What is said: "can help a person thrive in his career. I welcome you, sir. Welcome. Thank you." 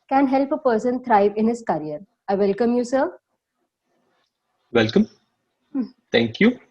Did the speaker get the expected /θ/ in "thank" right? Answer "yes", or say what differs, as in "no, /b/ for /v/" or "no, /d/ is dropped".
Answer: no, /t/ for /θ/